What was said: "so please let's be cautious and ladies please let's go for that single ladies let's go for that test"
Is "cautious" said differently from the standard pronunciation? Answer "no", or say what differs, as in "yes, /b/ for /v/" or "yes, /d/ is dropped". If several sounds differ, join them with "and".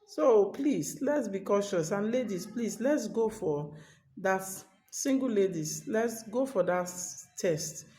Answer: no